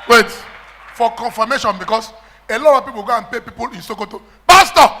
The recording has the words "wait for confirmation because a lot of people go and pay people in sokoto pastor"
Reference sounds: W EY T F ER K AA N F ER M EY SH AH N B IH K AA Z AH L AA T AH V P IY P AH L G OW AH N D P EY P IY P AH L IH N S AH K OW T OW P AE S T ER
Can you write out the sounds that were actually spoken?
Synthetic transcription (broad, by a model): W EY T F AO K AA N F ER M EY SH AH N B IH K AA S AH L AA T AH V P IY P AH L G OW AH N P EY P IY P AH L IH N S AH K OW T OW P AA S T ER